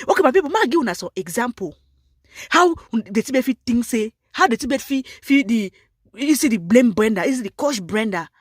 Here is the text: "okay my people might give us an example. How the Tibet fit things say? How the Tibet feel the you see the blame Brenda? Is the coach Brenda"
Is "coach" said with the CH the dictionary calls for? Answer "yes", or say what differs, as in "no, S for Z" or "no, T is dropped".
no, SH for CH